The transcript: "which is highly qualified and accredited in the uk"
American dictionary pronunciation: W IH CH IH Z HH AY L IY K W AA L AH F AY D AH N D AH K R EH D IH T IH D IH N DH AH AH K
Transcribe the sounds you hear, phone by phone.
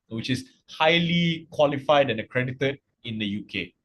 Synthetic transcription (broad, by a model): W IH CH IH S HH AY L IY K W AA L AH F AY D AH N AH K R EH D IH T IH D IH N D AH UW K